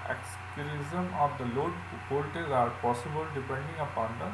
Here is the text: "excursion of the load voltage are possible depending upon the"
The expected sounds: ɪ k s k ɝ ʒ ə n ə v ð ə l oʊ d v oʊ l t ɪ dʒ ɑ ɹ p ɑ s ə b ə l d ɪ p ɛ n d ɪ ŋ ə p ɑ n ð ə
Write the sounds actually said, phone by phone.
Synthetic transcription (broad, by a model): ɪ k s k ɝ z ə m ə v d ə l oʊ d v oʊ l t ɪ z ɑ ɹ p ɑ s ə b ə l d ɪ p ɛ n d ɪ ŋ ə p ɑ n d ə